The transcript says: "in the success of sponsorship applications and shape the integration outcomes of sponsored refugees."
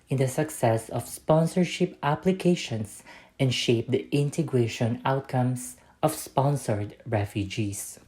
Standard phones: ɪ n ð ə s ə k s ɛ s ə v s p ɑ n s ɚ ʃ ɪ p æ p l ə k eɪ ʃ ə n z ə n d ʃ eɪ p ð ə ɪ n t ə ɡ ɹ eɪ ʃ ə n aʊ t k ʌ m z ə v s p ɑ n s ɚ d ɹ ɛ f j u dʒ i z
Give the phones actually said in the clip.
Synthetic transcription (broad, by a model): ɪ n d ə s ə k s ɛ s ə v s p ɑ n s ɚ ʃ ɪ p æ p l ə k eɪ ʃ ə n s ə n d ʃ eɪ p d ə ɪ n t ə ɡ ɹ eɪ ʃ ə n aʊ t k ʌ m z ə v s p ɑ n s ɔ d ɹ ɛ f j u dʒ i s